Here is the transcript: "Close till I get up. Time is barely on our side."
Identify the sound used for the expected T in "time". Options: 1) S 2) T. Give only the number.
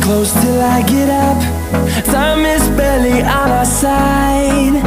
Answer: 1